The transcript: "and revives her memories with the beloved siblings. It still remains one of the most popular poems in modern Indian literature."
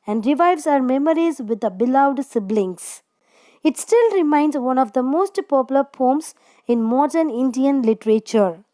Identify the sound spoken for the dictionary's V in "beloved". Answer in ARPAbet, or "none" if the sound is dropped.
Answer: none